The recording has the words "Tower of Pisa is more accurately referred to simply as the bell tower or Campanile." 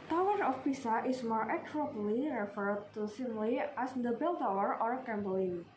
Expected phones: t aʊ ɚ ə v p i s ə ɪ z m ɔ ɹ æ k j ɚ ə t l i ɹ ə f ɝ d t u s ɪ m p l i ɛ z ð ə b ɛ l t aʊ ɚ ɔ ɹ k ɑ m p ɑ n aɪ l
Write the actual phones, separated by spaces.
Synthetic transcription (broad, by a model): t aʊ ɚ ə f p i s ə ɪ s m ɔ ɹ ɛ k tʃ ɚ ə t l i ɹ ə f ɝ d t u s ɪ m l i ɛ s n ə b ɛ l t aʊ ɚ ɔ ɹ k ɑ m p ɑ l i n